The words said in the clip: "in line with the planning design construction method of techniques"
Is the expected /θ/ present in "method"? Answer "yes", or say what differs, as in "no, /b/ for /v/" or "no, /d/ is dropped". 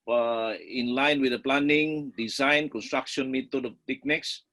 no, /t/ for /θ/